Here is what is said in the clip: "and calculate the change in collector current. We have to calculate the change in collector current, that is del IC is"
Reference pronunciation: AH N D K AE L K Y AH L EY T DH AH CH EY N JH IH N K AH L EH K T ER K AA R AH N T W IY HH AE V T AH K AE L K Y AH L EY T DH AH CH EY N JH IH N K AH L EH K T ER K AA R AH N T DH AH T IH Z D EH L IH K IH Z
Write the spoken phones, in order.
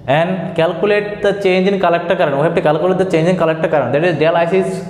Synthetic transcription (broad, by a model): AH N D K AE L K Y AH L EY T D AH CH EY N JH IH N K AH L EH K T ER K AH R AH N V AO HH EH P T AH K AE L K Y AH L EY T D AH CH EY N JH IH N K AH L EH K T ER K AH R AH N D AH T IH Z D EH L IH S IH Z